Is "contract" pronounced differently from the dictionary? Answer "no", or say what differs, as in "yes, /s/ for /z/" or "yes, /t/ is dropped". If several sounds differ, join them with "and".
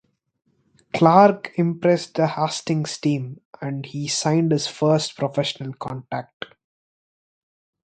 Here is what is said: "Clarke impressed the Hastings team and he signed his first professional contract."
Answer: yes, /ɹ/ is dropped